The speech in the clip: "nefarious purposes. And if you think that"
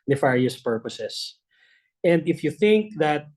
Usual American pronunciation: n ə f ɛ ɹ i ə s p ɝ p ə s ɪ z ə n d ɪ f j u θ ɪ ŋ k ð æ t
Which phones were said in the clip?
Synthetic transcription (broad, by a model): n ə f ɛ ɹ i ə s p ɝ p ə s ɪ s ə n d ɪ f j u θ ɪ ŋ k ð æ t